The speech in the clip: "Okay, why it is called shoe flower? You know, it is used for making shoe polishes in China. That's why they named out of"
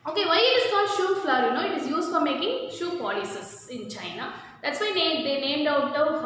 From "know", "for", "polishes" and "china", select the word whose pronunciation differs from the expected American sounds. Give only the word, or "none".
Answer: polishes